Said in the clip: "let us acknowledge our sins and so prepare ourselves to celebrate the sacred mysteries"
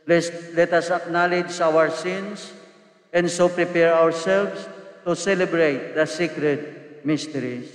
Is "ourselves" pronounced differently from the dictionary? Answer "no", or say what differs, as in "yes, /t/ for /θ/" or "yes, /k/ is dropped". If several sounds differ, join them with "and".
yes, /s/ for /z/